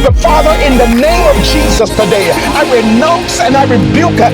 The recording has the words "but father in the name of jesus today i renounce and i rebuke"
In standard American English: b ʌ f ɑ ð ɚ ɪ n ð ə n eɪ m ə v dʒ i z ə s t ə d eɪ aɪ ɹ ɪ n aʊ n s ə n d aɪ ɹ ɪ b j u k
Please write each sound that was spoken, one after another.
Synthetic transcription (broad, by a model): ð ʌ f ɑ ð ɚ ɪ n ð ə n eɪ m ə v dʒ i z ə s t ə d eɪ aɪ ɹ ɪ n aʊ n s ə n aɪ ɹ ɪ b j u k